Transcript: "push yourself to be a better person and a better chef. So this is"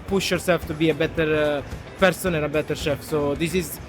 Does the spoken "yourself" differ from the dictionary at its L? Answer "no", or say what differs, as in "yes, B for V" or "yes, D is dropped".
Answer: yes, L is dropped